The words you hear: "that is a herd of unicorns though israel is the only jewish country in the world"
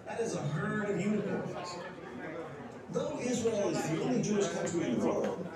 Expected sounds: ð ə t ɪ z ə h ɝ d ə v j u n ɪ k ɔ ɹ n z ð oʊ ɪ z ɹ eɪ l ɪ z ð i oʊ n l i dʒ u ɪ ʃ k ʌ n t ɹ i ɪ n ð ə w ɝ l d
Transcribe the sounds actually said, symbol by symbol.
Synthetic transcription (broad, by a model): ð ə t ɪ z ə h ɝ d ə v j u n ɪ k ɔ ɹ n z ð oʊ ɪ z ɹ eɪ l ɪ z ð i oʊ n l i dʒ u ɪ s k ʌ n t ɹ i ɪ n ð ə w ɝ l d